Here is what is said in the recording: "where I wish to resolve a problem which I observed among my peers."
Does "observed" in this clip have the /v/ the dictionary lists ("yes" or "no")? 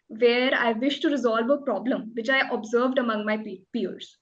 yes